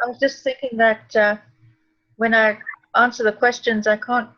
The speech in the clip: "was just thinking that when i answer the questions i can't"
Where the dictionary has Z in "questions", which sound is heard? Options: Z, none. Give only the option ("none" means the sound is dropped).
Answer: Z